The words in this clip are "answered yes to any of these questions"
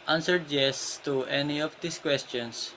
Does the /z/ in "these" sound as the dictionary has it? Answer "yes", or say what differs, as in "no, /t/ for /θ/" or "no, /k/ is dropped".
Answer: no, /s/ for /z/